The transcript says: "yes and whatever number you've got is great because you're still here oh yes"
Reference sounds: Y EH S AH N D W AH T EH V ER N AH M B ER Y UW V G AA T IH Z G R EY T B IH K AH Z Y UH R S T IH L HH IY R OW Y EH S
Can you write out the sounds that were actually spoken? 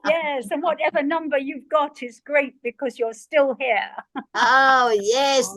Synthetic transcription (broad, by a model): Y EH S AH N W AH T EH V ER N AH M B ER Y UW V G AA T IH Z G R EY T B IH K AH Z Y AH R S T IH L HH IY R OW Y EH S